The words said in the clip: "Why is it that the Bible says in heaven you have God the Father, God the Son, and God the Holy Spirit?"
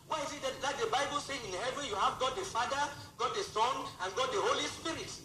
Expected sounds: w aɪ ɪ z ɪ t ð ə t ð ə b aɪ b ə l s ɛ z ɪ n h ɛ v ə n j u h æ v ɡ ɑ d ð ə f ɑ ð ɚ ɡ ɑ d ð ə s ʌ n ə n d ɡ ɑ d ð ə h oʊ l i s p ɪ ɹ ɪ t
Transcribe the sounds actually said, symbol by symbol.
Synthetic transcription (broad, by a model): w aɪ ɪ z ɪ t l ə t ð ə b aɪ b ə l s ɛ ɪ n h ɛ v ə n j u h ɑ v ɡ ɑ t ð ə f ɑ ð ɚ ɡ ɑ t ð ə s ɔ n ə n ɡ ɑ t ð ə h oʊ l i s p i ɹ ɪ t